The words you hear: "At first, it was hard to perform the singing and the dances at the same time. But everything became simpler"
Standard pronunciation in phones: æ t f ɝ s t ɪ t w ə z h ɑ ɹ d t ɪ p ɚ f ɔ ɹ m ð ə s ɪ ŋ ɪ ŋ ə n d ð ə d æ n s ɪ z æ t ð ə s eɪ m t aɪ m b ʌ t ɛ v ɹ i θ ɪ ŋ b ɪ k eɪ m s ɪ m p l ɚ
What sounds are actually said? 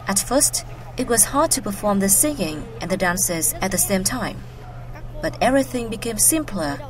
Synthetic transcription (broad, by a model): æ t f ɝ s t ɪ t w ə z h ɑ ɹ d t ɪ p ɚ f ɔ ɹ m ð ə s ɪ ŋ ɪ ŋ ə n ð ə d æ n s ɪ z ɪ t ð ə s eɪ m t aɪ m b ʌ t ɛ v ɹ i θ ɪ ŋ b ɪ k eɪ m s ɪ m p l ɚ